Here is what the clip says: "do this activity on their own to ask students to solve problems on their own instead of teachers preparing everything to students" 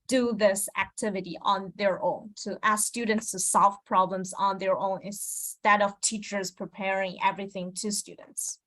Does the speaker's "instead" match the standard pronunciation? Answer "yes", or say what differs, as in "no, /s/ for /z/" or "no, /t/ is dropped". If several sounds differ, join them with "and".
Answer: no, /n/ is dropped